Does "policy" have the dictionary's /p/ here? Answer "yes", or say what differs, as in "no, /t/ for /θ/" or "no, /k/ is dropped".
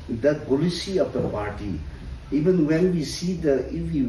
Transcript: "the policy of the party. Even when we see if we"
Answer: no, /b/ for /p/